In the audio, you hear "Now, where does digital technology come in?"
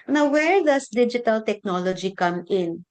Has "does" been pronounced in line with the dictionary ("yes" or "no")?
no